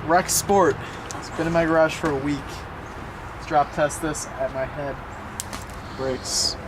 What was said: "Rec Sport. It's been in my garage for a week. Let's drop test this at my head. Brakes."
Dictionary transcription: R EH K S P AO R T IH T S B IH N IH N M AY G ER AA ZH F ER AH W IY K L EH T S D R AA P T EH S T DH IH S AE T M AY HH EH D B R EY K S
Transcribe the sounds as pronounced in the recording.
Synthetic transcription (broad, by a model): R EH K S P AO R T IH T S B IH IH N M AY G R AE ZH F ER AH W IY K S D R AA P T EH S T DH IH S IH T M AY HH EH D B R EY K S